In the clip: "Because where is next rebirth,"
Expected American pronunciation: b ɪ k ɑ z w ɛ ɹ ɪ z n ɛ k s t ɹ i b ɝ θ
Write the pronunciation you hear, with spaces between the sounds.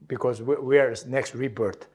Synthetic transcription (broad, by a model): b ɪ k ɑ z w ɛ w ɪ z n ɛ k s t ɹ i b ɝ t